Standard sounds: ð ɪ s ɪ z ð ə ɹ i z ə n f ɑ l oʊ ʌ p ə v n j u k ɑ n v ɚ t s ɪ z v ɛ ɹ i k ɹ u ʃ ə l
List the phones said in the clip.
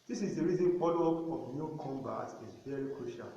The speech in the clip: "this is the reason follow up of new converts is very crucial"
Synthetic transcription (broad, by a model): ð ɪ s ɪ z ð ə ɹ i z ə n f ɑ l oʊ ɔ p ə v n j u k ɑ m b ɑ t ɪ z v ɛ ɹ i k ɹ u ʃ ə l